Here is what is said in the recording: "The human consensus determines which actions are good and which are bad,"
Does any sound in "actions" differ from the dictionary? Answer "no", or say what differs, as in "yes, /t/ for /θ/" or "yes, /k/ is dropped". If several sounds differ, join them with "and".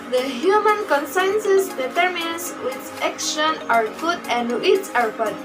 yes, /z/ is dropped